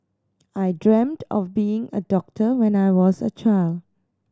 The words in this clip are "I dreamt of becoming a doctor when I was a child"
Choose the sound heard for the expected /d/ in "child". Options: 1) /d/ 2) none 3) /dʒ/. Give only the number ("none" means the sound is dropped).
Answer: 1